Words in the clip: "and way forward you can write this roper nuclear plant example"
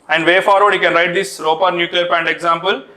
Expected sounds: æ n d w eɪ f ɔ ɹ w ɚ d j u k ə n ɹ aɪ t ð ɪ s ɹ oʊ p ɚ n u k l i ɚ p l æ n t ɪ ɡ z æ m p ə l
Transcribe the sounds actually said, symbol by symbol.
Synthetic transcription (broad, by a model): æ n d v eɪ f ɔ ɹ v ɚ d j u k ə n ɹ aɪ t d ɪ s ɹ oʊ p ɚ n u k l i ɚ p æ n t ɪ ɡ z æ m p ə l